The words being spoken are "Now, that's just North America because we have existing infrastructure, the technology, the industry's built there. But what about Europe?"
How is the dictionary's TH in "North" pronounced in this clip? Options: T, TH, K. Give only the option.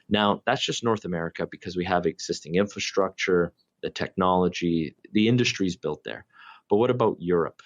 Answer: TH